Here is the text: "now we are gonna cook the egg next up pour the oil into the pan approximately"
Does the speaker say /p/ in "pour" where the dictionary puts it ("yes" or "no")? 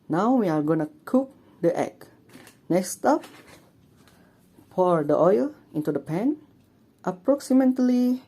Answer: no